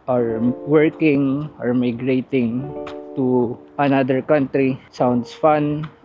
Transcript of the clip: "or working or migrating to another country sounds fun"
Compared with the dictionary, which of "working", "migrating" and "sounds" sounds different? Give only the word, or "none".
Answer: sounds